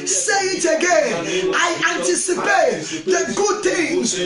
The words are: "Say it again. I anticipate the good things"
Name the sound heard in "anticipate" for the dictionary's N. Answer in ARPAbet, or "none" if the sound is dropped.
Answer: N